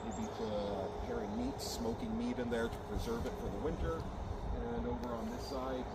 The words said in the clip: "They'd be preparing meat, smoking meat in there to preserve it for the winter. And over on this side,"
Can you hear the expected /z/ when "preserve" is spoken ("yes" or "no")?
yes